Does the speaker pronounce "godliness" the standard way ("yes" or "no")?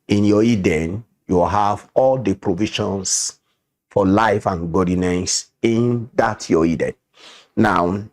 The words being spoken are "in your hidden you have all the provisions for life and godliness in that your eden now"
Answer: no